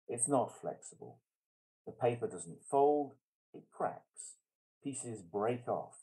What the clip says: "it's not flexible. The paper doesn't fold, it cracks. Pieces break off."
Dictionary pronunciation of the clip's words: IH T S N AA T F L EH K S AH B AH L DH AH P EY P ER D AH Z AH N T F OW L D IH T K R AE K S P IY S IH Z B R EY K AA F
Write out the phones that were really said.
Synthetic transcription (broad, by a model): IH T S N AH T F L EH K S AH B AH L DH AH P EY P ER D AH Z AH N T F OW L D IH T K R AE K S P IY S IH Z B R EY K AA F